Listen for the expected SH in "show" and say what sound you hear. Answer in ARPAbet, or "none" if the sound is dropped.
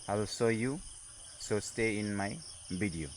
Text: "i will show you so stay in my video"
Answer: S